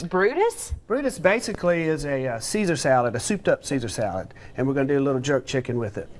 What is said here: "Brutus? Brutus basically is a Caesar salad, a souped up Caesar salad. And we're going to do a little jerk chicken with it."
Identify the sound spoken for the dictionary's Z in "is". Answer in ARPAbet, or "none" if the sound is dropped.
Z